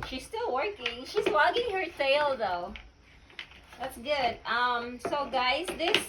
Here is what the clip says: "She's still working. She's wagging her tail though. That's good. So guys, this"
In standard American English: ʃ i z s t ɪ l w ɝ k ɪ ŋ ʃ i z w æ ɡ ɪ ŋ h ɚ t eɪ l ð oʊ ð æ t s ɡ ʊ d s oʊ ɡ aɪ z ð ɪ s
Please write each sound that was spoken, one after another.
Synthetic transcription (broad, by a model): ʃ i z s t ɪ l w ɝ k ɪ ŋ ʃ i z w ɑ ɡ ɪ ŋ h ɚ s eɪ l ð oʊ ð æ t s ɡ ʊ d s oʊ ɡ aɪ z ð ɪ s